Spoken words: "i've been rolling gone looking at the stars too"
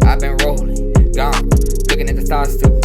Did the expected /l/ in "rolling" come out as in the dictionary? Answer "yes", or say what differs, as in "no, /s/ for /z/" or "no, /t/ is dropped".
no, /l/ is dropped